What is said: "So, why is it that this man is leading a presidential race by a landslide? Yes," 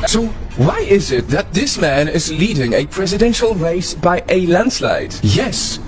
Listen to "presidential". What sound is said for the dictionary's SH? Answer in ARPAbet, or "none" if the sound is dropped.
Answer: SH